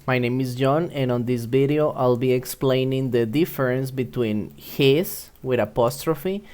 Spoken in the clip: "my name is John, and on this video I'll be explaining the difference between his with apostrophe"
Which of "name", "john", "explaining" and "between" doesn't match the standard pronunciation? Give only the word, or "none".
none